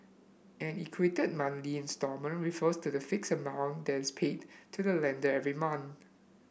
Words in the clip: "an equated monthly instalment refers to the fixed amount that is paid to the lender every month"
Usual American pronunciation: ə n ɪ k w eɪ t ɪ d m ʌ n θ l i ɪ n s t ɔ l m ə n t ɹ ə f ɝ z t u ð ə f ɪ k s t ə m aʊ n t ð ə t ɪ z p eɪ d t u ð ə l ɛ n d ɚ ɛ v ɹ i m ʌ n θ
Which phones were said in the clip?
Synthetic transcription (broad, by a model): ə n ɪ k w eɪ t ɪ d m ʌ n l i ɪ n s t ɔ m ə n ɹ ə f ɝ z t u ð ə f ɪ k s ə m aʊ n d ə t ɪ s p eɪ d t u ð ə l ɛ n d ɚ ɛ v ɹ i m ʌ n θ